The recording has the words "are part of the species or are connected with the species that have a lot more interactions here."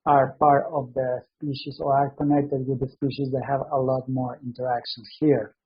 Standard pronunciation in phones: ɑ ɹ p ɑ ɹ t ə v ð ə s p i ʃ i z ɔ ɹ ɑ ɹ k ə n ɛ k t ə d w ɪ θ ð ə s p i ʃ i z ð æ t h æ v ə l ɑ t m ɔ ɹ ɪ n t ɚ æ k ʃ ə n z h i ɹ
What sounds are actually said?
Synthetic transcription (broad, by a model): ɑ ɹ p ɑ ɹ t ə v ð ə s p i ʃ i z ɔ ɹ ɑ ɹ k ə n ɛ k t ə d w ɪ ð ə s p i ʃ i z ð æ t h æ v ə l ɑ t m ɔ ɹ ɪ n t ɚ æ k ʃ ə n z h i ɹ